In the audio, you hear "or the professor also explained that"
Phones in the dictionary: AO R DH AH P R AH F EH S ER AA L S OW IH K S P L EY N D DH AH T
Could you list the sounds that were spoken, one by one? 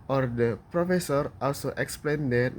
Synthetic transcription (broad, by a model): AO R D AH P R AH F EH S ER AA L S OW IH K S P L EY N D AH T